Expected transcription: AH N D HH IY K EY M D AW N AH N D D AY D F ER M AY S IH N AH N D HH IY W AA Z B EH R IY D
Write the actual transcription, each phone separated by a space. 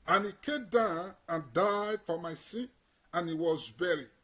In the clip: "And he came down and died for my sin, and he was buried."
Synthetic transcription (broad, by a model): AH N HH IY K EY M D AW N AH N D D AY D F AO M AY S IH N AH N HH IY W AA Z B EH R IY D